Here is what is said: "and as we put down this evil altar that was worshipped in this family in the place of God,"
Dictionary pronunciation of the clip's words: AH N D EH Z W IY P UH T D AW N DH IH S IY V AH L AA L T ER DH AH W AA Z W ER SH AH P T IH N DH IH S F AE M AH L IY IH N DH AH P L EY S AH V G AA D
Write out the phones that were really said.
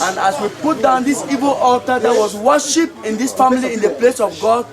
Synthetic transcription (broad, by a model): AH N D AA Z W IY P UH T D AW N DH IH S IY V AH L AA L T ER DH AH W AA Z W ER SH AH P IH N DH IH S F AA M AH L IY IH N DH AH P L EY S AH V G AA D